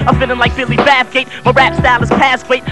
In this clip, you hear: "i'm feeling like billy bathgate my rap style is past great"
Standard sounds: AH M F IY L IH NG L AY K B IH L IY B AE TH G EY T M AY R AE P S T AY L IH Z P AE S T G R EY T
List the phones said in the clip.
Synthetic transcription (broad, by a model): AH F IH N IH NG L AY K B IH L IY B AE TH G EY T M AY R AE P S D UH N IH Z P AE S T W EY T